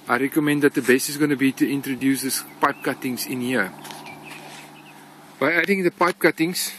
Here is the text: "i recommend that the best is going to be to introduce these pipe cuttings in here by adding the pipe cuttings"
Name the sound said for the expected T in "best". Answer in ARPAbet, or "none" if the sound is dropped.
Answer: none